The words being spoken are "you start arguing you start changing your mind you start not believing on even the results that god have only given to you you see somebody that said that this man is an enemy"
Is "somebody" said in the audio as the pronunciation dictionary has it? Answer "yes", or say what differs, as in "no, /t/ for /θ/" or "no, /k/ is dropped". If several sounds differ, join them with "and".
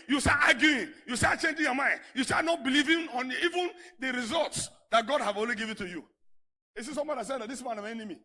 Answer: no, /b/ is dropped